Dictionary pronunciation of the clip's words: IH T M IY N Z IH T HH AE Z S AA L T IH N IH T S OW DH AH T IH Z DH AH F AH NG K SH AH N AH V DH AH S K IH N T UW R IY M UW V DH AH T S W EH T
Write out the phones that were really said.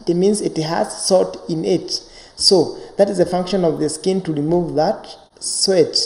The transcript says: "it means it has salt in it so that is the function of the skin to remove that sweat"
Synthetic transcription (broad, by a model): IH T M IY N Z IH T HH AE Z S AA T IH N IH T S OW DH AH T IH Z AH F AH NG K SH AH N AH V DH AH S K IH N T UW R IY M UW V DH AH T S W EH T